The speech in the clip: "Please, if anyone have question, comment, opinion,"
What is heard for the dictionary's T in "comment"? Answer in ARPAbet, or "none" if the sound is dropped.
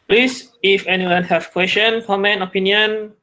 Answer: none